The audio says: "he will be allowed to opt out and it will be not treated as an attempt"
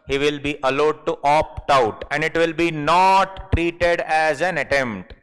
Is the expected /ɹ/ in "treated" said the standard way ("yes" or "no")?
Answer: yes